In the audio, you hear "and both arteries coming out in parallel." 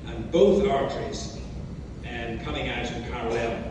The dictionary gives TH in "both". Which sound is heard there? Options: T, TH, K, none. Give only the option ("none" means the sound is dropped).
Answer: TH